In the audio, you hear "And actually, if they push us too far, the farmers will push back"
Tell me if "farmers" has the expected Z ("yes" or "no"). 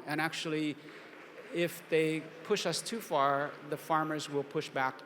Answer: yes